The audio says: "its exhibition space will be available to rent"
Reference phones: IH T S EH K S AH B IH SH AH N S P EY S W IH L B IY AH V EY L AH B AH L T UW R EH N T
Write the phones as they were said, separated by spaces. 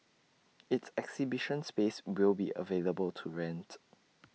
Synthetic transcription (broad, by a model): IH T S EH K S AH B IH SH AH N S P EY S W IH L B IY AH V EY L AH B AH L T UW R EH N T